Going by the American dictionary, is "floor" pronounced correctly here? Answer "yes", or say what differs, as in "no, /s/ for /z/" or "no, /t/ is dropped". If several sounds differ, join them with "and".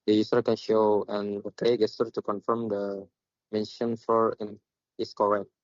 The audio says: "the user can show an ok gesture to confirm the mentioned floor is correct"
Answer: no, /l/ is dropped